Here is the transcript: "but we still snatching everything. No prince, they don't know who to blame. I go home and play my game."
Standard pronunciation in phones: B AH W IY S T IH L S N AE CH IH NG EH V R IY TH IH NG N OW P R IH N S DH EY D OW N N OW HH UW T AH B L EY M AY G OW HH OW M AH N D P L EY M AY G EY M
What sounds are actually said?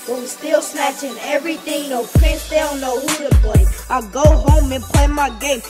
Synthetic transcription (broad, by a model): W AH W S T IH L S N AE CH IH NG EH V R IY TH IH NG N OW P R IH S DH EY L N OW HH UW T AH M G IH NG AY G OW HH OW M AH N P L EY M AY G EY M